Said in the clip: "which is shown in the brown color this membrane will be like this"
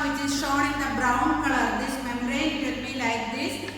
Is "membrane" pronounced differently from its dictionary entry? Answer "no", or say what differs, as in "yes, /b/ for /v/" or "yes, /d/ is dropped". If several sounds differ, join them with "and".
yes, /b/ is dropped